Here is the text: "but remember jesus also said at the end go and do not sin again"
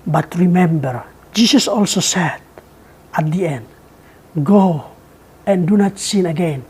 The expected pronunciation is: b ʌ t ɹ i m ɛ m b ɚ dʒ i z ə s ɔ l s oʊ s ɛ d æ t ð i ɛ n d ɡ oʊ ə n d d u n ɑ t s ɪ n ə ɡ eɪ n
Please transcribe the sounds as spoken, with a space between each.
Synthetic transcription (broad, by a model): b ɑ t ɹ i m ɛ m b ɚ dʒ i s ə s ɔ l s oʊ s ɛ d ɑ t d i ɛ n d ɡ oʊ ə n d d u n ɑ t s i n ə ɡ eɪ n